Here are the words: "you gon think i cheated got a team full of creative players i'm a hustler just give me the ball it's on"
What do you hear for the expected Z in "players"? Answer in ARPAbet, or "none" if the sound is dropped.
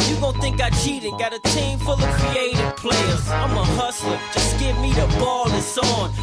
S